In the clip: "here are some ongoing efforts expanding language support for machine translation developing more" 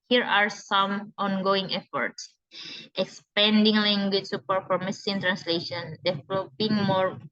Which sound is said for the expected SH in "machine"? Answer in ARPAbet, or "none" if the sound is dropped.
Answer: S